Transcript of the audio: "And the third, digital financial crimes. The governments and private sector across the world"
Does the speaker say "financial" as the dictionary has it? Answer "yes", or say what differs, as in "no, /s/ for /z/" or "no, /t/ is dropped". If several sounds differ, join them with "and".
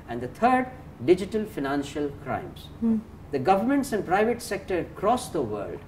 yes